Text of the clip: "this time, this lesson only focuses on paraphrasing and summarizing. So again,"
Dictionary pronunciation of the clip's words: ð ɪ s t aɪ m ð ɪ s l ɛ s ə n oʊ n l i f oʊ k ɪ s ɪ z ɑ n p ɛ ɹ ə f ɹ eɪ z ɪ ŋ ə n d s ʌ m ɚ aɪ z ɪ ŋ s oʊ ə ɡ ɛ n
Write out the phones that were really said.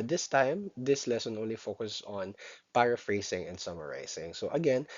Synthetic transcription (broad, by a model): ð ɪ s t aɪ m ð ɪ s l ɛ s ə n oʊ n l i f oʊ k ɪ s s ɑ n p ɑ ɹ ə f ɹ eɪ s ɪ ŋ ə n d s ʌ m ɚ aɪ s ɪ ŋ s oʊ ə ɡ ɛ n